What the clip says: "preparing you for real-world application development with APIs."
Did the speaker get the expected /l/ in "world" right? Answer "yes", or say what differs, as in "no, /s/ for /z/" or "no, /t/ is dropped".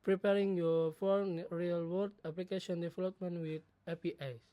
no, /l/ is dropped